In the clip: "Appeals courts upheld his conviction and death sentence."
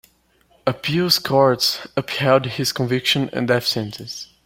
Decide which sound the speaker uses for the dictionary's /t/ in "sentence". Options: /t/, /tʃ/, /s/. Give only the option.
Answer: /s/